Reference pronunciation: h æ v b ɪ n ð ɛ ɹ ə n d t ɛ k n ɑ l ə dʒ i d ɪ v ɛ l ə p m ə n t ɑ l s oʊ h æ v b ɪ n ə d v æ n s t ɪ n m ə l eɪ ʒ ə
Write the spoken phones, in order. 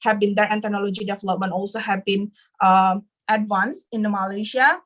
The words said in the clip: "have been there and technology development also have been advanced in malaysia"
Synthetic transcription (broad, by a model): h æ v b ɪ n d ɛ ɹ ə n t ɛ k n ɑ l ə dʒ i d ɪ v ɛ l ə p m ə n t ɑ l s oʊ h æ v b ɪ n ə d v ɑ n s ɪ n m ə l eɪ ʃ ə